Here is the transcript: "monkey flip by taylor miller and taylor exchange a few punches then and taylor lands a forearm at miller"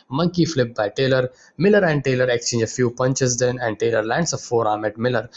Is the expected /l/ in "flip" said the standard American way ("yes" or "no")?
yes